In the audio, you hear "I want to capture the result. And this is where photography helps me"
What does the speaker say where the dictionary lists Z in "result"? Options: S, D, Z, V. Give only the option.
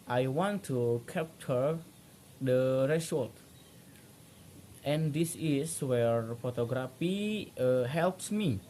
S